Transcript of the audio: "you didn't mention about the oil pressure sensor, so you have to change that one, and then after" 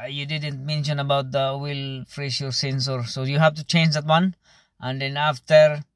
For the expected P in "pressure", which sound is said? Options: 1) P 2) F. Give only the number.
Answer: 2